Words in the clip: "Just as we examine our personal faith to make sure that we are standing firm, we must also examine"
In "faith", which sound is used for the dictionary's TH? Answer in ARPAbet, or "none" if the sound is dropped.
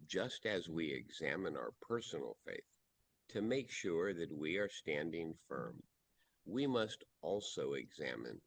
TH